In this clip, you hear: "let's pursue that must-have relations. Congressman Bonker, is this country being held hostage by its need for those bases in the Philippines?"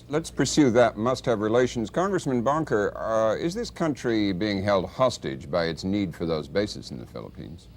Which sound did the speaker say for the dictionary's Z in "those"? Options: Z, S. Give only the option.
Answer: Z